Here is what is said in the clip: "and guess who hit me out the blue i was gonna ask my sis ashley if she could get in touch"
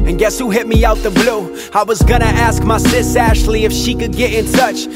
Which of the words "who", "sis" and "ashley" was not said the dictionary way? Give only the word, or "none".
none